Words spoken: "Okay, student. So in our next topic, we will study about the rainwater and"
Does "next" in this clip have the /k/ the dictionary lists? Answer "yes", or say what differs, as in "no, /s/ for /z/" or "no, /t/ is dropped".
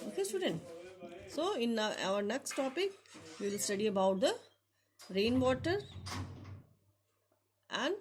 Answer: yes